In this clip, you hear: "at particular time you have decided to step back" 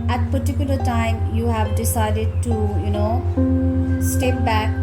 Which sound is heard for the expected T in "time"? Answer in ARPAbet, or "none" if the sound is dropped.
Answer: T